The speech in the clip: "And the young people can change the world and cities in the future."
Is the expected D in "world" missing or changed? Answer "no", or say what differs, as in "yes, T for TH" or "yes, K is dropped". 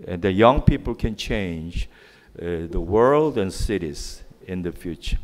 no